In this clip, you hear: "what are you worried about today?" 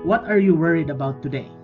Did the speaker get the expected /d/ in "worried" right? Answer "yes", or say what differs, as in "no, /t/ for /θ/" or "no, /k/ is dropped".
yes